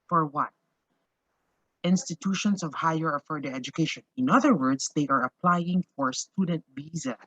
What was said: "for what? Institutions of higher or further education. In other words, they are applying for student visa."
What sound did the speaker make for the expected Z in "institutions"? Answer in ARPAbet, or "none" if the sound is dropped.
S